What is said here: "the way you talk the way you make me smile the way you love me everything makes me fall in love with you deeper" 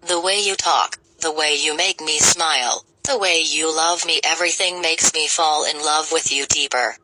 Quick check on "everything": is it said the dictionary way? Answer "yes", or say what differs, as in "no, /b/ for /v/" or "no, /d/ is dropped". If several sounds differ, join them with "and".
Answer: yes